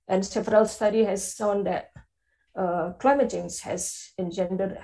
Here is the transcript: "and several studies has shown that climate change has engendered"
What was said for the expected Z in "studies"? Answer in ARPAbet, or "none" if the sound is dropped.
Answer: none